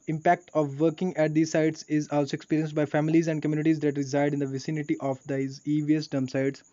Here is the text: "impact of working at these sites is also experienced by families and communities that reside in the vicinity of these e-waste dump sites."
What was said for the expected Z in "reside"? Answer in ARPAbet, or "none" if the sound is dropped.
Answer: Z